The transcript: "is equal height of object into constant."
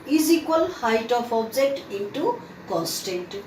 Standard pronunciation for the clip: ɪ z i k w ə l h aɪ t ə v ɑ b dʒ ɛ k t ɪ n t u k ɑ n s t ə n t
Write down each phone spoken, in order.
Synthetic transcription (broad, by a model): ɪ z i k w ə l h aɪ t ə p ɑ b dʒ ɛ k t ɪ n t u k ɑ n s t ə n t